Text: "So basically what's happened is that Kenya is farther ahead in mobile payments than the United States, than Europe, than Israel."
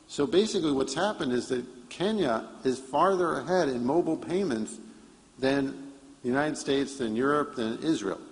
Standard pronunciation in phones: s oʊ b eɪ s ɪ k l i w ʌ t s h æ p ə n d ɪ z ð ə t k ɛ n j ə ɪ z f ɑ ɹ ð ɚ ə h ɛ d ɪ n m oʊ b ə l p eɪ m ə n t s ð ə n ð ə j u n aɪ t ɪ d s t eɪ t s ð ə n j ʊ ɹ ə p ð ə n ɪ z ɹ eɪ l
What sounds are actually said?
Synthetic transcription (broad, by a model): s oʊ b eɪ s ɪ k l i w ʌ t s h æ p ə n d ɪ z ð ə t k ɛ n j ə ɪ z f ɑ ɹ ð ɚ ə h ɛ d ɪ n m oʊ b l p eɪ m ə n t s ð ə n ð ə j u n aɪ t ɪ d s t eɪ t s ð ə n j ʊ ɹ ə p ð ə n ɪ z ɹ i l